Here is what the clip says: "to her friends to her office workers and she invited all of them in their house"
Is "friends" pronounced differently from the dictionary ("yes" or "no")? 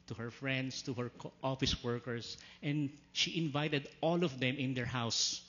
yes